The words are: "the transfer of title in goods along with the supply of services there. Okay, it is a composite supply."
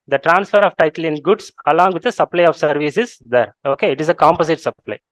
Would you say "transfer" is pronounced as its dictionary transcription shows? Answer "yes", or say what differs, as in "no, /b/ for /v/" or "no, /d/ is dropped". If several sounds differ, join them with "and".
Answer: yes